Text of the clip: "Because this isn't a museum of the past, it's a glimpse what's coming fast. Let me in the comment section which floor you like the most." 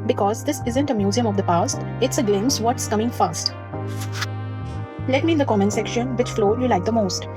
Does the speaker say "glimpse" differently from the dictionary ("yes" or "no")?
yes